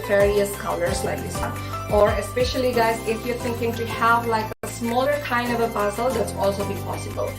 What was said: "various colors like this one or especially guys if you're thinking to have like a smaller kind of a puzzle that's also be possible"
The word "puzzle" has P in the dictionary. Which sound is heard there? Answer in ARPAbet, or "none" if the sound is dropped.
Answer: B